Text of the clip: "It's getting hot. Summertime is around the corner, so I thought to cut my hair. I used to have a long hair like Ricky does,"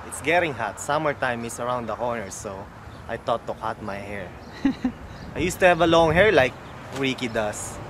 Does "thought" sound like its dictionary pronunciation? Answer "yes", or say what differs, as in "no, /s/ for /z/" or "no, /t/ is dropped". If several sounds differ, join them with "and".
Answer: no, /t/ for /θ/